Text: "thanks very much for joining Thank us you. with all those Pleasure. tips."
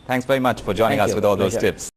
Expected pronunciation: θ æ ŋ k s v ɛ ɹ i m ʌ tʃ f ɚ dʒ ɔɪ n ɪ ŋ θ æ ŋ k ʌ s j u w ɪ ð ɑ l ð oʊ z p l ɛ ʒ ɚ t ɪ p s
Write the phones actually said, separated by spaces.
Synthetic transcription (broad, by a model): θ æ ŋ k s v ɛ ɹ i m ʌ tʃ f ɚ dʒ ɔɪ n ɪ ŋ ŋ ʌ s w ɪ ð ɑ l ð oʊ z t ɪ p s